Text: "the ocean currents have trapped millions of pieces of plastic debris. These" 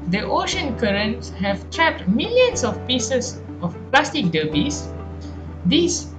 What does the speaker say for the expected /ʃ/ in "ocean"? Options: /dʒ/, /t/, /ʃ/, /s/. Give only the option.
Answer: /ʃ/